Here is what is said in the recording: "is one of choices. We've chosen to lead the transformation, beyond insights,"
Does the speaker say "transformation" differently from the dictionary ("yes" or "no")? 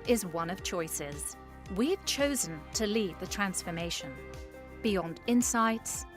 no